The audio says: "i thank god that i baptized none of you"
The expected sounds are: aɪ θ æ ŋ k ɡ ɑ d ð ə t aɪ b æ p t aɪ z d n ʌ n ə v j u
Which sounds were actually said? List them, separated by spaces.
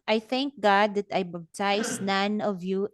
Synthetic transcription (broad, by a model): aɪ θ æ ŋ k ɡ ɑ d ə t aɪ b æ b t aɪ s n ʌ n ə v j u